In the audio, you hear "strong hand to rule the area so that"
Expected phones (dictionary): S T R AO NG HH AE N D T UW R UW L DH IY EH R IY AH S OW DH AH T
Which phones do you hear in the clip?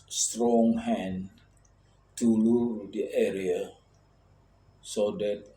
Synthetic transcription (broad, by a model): S T R AO NG HH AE N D T UW L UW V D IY EH R IY AH S OW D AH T